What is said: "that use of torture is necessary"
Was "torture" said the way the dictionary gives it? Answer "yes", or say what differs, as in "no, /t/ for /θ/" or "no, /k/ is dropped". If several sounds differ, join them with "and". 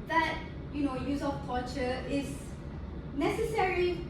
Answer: no, /l/ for /ɹ/